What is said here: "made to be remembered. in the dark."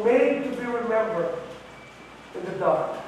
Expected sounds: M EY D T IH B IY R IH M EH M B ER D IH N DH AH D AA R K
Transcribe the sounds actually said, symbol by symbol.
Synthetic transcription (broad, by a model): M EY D T IH B IY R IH M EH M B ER IH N DH AH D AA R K